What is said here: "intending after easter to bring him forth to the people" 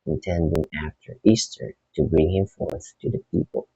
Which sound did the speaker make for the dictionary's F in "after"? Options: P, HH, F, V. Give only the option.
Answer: F